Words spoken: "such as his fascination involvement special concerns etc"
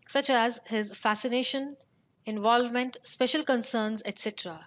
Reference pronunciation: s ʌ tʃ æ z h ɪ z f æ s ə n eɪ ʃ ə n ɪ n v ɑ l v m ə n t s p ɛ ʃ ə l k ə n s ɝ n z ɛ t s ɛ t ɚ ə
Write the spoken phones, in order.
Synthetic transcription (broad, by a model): s ʌ tʃ æ z h ɪ z f æ s ə n eɪ ʃ ə n ɪ n v ɑ l v m ə n t s p ɛ ʃ ə l k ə n s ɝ n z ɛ t s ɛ t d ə